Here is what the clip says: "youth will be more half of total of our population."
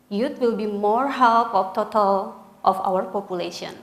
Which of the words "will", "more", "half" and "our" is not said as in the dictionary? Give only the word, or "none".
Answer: half